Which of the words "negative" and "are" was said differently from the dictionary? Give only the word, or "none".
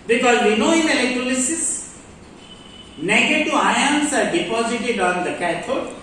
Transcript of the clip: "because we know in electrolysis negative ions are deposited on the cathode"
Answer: negative